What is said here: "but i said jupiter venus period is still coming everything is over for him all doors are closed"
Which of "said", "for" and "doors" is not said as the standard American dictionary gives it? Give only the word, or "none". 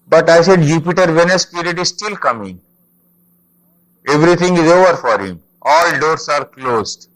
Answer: doors